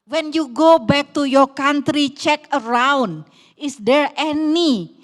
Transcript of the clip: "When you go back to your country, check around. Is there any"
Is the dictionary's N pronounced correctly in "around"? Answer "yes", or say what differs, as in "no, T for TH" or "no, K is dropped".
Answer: yes